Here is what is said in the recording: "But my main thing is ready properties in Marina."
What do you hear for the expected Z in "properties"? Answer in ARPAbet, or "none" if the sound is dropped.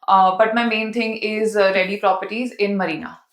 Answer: Z